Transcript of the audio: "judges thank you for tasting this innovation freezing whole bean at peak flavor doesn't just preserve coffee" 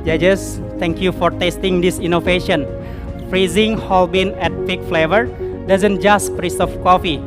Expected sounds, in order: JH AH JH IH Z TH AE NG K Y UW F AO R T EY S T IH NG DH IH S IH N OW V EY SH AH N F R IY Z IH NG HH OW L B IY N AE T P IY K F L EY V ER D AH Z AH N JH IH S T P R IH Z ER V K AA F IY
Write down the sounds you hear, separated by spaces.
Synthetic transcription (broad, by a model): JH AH JH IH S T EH NG K Y UW F AO R T EY S T IH NG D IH S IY N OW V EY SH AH N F R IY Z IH NG HH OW L B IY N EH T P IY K F L EY V ER D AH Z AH N JH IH S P R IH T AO F K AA F IY